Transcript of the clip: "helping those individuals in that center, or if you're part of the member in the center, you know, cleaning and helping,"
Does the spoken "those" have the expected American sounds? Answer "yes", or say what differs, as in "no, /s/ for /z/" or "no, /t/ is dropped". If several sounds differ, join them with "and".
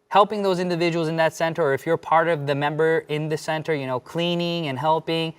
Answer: yes